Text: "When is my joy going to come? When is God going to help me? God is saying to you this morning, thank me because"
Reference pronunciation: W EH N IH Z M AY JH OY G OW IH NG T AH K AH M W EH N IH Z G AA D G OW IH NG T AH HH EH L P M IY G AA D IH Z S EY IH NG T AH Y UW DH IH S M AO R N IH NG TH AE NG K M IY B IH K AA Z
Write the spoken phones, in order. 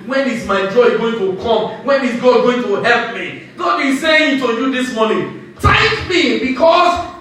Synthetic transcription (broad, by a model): W EH N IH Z M AY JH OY G OW IH NG T AH K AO M W EH N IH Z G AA G OW IH NG T AH HH EH L P M IY G AA D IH S EY IH NG T AH Y UW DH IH S M AO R N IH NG T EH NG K M IY B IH K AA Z